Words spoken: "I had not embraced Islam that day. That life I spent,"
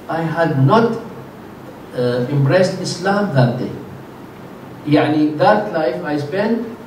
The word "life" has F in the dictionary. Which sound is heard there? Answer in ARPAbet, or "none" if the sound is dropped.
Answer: F